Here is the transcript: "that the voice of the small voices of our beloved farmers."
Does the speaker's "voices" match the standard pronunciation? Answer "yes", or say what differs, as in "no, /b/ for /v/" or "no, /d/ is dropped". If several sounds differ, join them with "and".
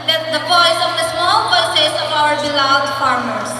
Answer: no, /p/ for /v/